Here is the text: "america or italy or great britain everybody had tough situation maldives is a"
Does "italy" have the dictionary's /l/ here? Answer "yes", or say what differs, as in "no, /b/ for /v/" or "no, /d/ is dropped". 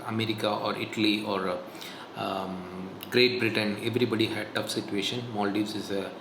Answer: yes